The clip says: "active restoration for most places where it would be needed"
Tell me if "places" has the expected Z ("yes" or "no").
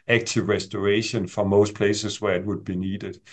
no